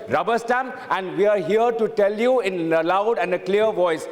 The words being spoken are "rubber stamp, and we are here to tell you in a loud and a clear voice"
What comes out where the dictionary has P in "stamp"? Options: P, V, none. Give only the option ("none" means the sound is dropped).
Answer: none